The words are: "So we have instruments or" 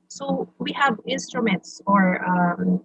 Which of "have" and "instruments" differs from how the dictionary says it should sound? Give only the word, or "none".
none